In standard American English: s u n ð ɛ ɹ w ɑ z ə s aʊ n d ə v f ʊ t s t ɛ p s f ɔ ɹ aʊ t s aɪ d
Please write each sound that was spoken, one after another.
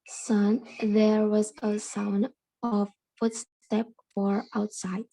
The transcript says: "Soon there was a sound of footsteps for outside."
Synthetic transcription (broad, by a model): s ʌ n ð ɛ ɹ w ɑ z ə s aʊ n d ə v f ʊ t s t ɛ p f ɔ ɹ aʊ t s aɪ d